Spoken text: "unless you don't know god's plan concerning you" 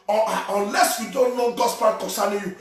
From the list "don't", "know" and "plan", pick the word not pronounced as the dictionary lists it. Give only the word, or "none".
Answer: plan